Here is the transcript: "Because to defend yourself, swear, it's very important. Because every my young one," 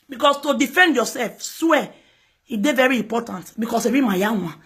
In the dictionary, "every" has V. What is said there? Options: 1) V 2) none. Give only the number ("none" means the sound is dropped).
2